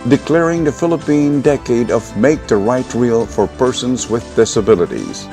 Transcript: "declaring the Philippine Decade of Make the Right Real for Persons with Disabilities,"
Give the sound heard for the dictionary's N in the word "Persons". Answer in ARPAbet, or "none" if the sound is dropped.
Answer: N